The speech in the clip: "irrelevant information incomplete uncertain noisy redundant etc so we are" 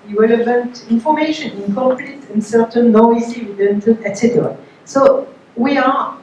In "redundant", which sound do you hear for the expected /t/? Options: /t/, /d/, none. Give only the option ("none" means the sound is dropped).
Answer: none